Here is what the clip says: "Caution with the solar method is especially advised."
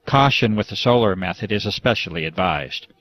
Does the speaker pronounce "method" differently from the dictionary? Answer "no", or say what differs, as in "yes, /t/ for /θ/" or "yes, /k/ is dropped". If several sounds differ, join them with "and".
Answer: no